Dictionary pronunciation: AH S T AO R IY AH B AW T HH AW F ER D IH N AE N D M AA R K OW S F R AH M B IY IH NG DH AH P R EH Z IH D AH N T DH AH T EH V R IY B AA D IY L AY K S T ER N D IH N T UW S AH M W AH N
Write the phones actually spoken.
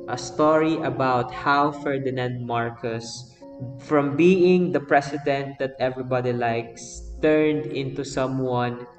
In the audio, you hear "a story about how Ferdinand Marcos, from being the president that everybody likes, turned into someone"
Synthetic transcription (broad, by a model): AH S T AO R IY AH B AW T HH AW F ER D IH N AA N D M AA R K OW S F R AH M B IY IH NG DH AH P R EH S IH D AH N T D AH T EH V R IY B AA D IY L AY K S T ER N D IH N T UW S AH M W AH N